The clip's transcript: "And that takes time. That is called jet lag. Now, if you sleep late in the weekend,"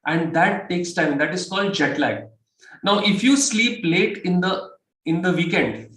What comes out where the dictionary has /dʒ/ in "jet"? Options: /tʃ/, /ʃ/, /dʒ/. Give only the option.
/dʒ/